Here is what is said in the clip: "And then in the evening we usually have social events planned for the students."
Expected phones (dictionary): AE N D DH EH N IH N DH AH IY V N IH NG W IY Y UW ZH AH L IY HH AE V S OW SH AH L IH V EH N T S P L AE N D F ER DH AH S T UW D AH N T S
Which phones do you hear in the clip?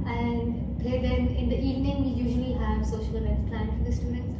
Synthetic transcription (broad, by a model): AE N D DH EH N IH N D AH IY V N IH NG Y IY Y UW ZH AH L IY HH AE V S OW SH AH L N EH T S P L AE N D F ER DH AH S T UW D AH N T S